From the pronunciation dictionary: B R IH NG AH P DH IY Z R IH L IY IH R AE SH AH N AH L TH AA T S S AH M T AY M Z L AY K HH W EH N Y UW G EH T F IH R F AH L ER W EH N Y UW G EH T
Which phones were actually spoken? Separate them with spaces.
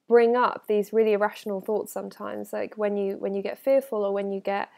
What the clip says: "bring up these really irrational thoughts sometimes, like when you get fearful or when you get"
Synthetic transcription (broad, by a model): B R IH NG AH P DH IY Z R IH L IY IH R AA SH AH N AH L TH AA T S S AH M T AY M Z L AY K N W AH N Y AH G EH T F IH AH F AH L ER W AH N Y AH G EH T